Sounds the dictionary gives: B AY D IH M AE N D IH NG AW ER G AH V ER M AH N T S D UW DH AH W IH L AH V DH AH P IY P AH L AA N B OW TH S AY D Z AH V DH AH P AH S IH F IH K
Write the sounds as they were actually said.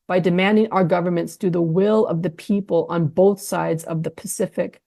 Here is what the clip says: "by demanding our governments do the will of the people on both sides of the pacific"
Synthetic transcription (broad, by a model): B AY D IH M AE N D IH NG AW ER G AH V ER M AH N T S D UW DH AH W IH L AH V DH AH P IY P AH L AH N B OW TH S AY D Z AH V DH AH P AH S IH F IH K